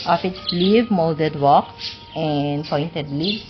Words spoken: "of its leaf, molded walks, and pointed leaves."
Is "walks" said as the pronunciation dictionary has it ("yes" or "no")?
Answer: no